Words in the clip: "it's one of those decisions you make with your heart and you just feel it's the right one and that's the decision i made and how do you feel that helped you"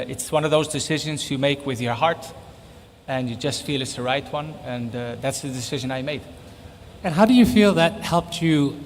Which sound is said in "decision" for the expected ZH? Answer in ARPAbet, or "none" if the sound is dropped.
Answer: ZH